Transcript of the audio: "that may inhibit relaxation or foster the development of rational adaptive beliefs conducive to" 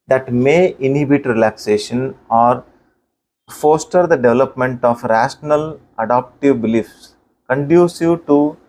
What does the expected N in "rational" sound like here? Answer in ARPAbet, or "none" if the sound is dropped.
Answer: N